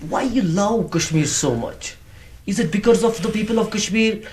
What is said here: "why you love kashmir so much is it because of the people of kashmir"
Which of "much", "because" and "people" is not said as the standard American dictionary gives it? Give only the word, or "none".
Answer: none